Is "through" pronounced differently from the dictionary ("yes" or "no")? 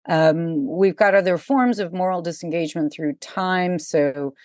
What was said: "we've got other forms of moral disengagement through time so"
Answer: no